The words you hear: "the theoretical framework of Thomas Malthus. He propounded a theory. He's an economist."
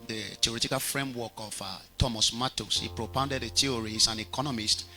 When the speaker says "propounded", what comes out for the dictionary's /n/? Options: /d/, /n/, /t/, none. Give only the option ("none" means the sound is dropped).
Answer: /n/